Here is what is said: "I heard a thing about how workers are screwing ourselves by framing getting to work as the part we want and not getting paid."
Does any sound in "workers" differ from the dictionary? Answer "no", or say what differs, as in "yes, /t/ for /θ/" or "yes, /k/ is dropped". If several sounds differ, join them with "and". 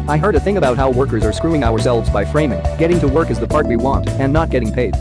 no